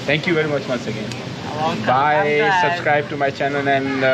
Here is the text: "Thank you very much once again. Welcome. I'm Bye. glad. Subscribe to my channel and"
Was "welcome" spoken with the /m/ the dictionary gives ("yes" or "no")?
no